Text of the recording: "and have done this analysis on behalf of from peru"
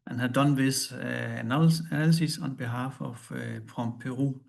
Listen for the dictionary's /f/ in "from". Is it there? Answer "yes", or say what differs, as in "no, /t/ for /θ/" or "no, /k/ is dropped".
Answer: no, /p/ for /f/